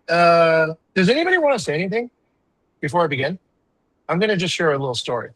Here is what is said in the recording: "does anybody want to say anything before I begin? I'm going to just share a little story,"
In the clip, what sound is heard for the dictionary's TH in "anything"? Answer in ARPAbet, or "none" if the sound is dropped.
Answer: TH